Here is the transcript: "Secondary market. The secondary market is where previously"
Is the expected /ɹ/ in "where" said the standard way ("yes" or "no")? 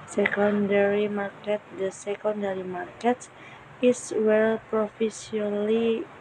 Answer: no